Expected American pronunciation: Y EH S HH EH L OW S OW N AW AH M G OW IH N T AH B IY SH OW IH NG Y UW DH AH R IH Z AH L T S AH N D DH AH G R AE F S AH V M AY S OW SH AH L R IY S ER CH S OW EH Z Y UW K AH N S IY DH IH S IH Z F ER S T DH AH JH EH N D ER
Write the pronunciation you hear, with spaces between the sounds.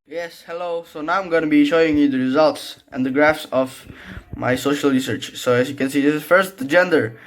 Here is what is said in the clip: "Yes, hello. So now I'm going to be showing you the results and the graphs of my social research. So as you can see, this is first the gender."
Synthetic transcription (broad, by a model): Y EH S HH EH L OW S OW N AW AH M G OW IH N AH B IY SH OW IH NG Y UW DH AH R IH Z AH L T S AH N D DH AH G R AE F S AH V M AY S OW SH AH L R IY S ER CH S OW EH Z Y UW K AH N S IY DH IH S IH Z F ER S T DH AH JH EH N D ER